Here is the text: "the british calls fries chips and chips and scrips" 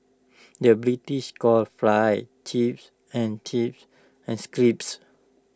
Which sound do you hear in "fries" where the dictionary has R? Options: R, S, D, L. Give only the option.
L